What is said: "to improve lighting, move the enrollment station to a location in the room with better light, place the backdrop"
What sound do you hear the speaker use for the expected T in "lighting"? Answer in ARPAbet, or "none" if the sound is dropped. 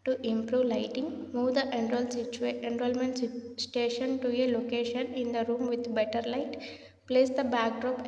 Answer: T